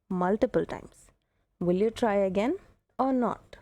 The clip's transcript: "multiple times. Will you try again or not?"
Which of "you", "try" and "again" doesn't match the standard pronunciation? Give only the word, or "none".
none